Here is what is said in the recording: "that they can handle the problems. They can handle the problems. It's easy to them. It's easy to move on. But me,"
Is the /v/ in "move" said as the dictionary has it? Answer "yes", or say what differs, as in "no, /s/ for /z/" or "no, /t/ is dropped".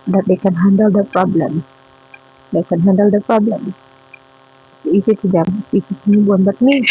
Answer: no, /v/ is dropped